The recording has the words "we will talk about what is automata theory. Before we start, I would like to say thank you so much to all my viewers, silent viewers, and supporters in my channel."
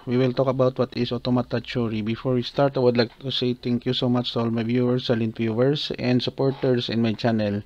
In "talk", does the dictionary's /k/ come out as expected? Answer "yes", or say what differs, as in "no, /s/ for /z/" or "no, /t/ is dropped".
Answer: yes